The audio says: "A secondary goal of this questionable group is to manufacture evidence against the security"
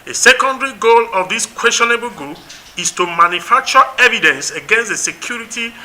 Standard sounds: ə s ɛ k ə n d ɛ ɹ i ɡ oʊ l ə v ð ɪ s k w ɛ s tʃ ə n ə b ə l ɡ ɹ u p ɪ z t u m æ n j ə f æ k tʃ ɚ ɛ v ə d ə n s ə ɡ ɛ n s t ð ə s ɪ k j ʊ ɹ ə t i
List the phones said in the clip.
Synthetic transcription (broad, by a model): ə s ɛ k ə n d ɛ ɹ i ɡ oʊ l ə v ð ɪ s k w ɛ s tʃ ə n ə b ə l ɡ u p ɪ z t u m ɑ n j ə f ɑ k tʃ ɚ ɛ v ə d ə n s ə ɡ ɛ n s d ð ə s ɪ k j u ɹ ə t i